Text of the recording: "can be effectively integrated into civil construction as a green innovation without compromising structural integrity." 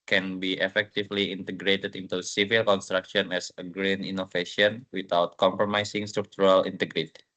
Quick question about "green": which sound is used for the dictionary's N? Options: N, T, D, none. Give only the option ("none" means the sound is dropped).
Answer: N